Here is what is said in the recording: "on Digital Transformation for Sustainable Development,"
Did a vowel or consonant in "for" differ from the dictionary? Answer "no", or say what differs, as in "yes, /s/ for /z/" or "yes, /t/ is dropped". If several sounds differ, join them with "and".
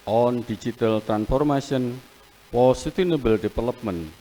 yes, /p/ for /f/